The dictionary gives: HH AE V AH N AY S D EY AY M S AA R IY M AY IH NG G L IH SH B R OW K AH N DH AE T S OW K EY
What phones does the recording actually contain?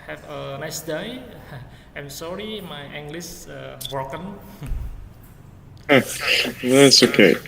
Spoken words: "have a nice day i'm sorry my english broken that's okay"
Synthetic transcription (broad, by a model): HH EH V AH N AY S D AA AY M S AA R IY M AY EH NG G L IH S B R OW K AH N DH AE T S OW K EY